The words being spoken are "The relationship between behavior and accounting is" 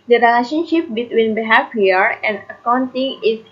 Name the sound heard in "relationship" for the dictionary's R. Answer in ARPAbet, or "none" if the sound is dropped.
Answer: R